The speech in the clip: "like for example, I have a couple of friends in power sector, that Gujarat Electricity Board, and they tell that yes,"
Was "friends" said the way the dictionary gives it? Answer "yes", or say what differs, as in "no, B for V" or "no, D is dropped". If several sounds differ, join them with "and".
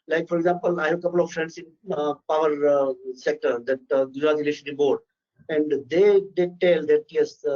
no, S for Z